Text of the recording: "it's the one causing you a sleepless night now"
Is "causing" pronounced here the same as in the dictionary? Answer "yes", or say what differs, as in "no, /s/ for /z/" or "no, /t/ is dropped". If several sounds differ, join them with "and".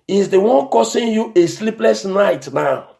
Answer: no, /s/ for /z/